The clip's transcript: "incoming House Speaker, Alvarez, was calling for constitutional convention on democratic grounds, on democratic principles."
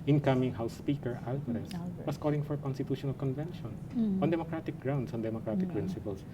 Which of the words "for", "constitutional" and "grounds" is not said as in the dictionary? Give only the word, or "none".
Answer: grounds